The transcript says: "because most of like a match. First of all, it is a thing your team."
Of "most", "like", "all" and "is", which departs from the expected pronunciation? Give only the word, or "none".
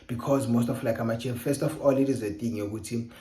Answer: none